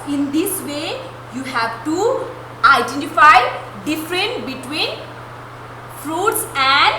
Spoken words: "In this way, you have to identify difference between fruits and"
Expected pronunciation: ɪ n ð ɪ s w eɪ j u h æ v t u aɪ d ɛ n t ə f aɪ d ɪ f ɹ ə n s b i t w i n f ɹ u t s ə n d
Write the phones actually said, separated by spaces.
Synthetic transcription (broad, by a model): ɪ n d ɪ s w eɪ j u h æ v t u aɪ d ɛ n t ə f aɪ d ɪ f ɹ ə n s b i t w i n f ɹ u t s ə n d